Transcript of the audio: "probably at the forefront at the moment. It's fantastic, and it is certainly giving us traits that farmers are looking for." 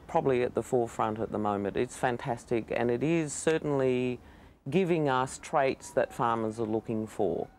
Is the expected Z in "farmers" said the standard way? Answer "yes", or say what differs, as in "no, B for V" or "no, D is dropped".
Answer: yes